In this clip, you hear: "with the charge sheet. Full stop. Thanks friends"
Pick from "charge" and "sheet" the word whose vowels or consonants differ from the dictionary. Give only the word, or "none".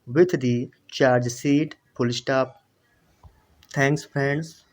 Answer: sheet